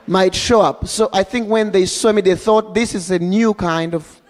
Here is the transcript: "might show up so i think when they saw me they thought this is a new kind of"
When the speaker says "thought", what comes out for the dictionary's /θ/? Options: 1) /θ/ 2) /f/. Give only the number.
1